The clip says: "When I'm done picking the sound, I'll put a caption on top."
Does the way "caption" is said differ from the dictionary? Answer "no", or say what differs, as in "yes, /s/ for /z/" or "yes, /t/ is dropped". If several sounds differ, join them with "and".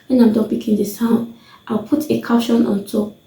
yes, /p/ is dropped